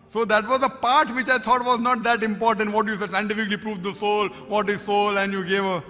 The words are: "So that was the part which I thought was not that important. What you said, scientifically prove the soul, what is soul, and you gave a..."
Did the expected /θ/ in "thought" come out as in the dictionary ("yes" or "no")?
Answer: no